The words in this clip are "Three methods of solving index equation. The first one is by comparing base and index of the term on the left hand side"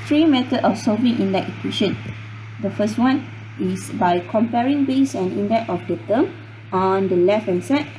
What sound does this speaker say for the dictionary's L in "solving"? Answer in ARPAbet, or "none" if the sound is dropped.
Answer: none